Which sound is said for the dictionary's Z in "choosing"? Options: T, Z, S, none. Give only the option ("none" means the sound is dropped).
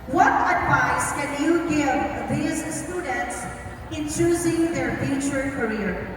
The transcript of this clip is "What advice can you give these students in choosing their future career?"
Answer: Z